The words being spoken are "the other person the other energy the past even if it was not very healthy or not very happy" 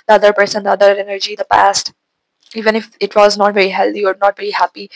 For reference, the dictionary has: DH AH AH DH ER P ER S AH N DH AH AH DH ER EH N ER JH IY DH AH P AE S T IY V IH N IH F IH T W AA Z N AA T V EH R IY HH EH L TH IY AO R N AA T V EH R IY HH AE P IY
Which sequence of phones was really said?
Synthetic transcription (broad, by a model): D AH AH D ER P ER S AH N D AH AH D ER EH N ER JH IY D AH P AE S T IY V IH N IH F IH T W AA Z N AA T V EH R IY HH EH L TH IY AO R N AA T V EH R IY HH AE P IY